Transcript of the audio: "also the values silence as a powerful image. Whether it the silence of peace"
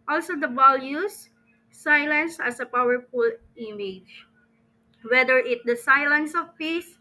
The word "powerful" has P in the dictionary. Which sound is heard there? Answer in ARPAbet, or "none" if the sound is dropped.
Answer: P